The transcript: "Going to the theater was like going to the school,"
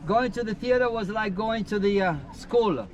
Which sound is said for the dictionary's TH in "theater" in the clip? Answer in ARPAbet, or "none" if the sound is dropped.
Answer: TH